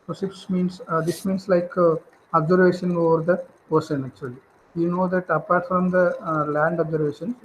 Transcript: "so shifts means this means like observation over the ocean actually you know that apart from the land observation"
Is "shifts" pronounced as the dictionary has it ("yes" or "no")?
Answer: no